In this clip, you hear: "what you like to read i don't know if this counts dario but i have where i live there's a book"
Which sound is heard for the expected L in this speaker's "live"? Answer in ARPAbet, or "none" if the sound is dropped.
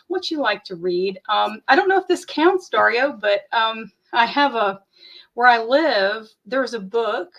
L